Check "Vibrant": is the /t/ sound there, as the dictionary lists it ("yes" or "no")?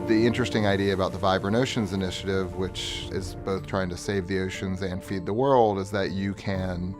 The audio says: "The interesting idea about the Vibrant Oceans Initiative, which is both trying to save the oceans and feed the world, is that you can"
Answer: no